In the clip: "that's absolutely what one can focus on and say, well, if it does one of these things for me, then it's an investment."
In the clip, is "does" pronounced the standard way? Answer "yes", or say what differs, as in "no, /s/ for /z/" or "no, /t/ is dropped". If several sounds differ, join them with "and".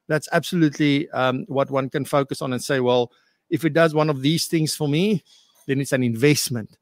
yes